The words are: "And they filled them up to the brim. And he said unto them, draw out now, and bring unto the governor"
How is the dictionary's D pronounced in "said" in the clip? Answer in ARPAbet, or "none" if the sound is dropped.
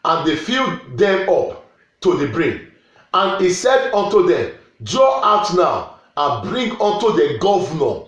D